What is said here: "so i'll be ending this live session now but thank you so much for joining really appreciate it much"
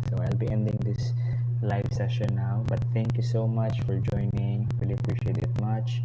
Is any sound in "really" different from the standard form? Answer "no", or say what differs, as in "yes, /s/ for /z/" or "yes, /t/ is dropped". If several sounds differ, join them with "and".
yes, /w/ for /ɹ/